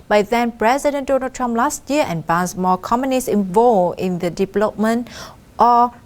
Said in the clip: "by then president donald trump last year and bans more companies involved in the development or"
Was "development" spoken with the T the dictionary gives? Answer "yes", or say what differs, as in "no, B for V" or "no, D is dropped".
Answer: yes